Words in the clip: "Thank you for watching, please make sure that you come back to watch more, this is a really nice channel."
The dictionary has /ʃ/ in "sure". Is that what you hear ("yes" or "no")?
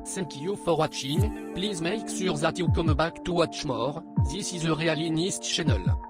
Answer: no